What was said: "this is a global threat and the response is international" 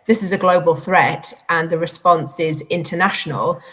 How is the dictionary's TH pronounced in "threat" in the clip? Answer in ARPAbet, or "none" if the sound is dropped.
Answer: TH